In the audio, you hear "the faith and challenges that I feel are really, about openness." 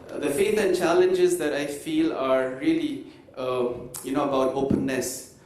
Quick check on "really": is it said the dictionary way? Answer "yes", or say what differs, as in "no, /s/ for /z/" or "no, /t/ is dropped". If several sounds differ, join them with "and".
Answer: no, /l/ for /ɹ/ and /n/ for /l/